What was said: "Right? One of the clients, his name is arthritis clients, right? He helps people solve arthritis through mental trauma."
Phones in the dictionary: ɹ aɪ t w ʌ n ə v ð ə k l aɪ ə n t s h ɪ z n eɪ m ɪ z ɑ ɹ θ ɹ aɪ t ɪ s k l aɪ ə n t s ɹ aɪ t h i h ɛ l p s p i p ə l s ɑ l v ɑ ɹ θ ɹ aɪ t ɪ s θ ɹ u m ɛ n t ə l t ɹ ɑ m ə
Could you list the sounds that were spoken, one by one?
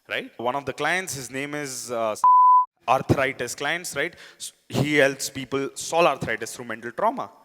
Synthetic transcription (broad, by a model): ɹ aɪ t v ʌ n ə v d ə k l aɪ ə n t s h ɪ z n eɪ m ɪ z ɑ ɹ t ɹ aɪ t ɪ s k l aɪ ə n t s ɹ aɪ t h i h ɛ l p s p i p ə l s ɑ l ɑ ɹ t ɹ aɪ t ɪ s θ ɹ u m ɛ n t ə l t ɹ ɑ m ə